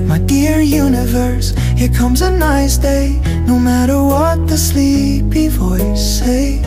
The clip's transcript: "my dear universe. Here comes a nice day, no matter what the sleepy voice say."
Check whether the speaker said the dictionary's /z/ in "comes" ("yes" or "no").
yes